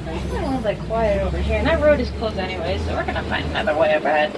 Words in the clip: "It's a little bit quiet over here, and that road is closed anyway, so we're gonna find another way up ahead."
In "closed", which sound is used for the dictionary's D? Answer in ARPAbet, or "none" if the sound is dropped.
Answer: none